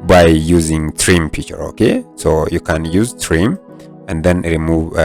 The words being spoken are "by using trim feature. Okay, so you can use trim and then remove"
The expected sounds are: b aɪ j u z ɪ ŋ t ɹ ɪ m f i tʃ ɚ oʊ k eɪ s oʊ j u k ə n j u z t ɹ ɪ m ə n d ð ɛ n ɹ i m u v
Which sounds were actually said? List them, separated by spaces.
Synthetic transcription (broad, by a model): b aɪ j u z ɪ ŋ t ɹ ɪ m p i tʃ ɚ oʊ k eɪ s oʊ j u k ə n j u z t ɹ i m ə n d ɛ n ɹ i m u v